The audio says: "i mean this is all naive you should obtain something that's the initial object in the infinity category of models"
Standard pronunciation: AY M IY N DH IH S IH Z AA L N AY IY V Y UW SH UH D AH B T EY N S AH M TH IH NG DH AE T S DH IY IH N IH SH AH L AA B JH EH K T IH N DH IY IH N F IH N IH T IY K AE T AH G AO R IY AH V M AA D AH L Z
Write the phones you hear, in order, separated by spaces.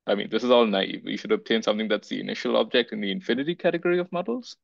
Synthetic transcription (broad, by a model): AY M IY N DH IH S IH Z AA L N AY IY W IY SH UH D AH B T EY N S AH M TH IH NG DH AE T S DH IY IH N IH SH AH L AA B JH EH K T IH N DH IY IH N F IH N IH T IY K AE T AH G AO R IY AH V M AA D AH L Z